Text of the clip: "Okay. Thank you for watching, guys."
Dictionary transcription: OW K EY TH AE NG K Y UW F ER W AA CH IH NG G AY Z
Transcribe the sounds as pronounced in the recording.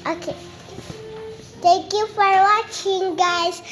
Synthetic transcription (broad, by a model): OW K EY T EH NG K Y UW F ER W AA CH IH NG G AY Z